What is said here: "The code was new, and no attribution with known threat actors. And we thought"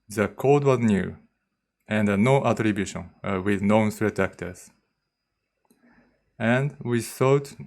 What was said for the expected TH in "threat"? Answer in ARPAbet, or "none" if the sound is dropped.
S